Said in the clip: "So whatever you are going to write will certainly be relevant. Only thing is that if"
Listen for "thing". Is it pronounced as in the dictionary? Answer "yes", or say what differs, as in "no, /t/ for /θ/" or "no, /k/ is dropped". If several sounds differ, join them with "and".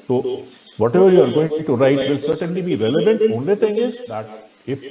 no, /t/ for /θ/